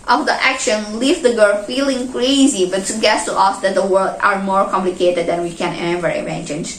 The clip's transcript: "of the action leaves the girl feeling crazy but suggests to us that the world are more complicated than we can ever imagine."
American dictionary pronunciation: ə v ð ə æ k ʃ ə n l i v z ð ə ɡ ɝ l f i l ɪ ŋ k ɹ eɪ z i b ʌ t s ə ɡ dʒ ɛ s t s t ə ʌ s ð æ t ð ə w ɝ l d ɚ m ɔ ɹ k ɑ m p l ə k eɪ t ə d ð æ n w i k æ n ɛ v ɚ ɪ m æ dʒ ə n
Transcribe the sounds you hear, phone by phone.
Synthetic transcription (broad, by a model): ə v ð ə æ k ʃ ə n l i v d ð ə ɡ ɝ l f i l ɪ ŋ k ɹ eɪ z i b ʌ t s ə ɡ ɛ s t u t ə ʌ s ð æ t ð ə w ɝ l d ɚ m ɔ ɹ k ɑ m p l ə k eɪ t ə d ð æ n w i k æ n ɛ v ɚ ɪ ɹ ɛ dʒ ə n